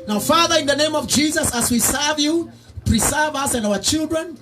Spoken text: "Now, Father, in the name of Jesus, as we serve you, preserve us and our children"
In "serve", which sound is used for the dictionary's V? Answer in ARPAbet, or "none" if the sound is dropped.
V